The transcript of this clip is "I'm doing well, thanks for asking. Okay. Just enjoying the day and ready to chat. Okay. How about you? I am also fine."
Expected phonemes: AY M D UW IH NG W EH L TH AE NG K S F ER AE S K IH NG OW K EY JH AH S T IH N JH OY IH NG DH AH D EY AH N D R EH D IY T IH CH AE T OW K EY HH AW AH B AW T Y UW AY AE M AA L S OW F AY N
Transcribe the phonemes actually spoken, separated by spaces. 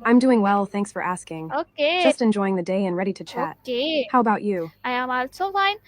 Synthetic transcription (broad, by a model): AY M D UW IH NG W EH L TH AE NG K S F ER AE S K IH NG OW K EY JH AH S T IH N JH OY IH NG DH AH D EY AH N R EH D IY T IH CH AE T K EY HH AW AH B AW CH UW AY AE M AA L S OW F AY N